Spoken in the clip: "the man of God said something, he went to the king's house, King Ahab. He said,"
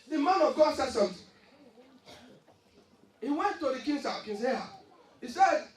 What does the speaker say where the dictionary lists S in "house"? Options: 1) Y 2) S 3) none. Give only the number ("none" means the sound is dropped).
3